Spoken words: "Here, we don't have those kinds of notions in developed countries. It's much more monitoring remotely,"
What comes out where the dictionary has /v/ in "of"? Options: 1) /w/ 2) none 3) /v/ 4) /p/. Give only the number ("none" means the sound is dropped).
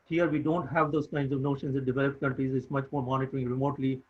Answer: 3